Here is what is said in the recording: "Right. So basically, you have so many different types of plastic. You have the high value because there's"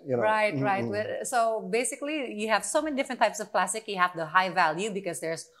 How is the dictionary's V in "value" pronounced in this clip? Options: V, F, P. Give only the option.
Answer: V